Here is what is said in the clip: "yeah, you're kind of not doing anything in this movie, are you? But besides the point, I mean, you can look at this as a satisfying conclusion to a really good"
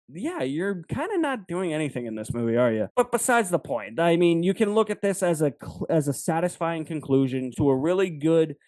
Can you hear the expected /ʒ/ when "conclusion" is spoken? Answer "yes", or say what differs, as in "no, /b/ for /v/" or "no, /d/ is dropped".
yes